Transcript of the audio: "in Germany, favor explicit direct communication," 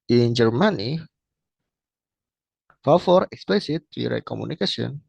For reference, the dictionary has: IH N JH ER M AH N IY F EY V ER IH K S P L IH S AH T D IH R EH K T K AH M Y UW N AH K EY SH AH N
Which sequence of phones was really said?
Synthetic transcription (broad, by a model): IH N JH ER M AH N IY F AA F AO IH K S P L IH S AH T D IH R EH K K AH M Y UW N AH K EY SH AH N